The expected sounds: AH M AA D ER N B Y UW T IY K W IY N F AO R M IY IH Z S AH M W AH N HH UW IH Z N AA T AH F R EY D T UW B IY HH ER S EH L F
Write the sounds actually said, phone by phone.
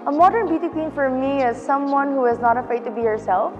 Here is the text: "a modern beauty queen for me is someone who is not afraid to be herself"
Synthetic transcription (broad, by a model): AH M AA D ER N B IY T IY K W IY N F AO R M IY IH Z S AH M W AH N HH UW IH Z N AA T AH F EY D T UW B IY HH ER S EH L F